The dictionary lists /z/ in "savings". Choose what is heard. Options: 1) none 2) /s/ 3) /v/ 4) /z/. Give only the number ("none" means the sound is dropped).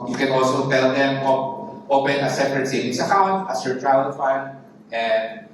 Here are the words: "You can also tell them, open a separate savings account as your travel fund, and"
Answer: 2